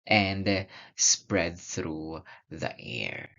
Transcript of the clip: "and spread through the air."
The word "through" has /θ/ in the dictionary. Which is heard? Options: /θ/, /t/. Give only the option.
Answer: /θ/